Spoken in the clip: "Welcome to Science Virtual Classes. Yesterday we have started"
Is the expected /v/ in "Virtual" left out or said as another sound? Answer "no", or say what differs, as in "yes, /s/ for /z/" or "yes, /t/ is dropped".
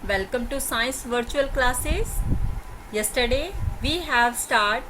no